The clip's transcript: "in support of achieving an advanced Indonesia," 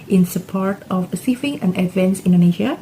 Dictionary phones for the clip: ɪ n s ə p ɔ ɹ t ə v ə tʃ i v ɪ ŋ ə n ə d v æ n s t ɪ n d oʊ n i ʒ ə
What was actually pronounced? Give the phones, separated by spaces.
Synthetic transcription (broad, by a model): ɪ n s ə p ɔ ɹ t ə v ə s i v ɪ ŋ ə n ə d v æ n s ɪ n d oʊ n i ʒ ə